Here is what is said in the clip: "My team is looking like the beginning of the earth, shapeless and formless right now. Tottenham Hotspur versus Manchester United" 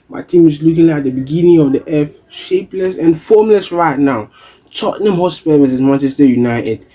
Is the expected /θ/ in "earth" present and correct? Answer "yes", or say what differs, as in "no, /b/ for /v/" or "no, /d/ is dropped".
no, /f/ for /θ/